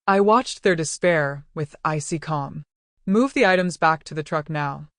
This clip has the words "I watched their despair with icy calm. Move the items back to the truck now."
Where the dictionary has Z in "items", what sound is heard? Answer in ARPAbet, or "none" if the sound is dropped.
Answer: Z